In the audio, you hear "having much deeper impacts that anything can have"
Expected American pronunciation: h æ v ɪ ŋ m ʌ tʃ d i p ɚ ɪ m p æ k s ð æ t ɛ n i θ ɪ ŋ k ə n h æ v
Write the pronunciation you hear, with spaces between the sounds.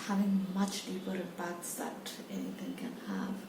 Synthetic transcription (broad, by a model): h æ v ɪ ŋ m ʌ tʃ d i p ɚ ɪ p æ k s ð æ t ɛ n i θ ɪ ŋ k ə n h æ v